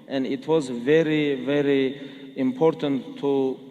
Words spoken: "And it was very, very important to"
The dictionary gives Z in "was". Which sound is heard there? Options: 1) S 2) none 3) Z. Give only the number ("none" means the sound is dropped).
3